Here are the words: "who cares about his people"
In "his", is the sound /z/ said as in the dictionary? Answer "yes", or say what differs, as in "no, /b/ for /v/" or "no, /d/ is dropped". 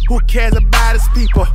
no, /s/ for /z/